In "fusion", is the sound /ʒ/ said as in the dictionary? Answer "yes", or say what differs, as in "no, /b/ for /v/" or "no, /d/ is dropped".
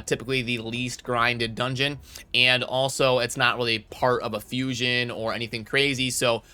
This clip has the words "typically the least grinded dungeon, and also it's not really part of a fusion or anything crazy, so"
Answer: yes